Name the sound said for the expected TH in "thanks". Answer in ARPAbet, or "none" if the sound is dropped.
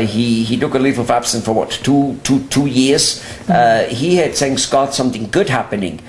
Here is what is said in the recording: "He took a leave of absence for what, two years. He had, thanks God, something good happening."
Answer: S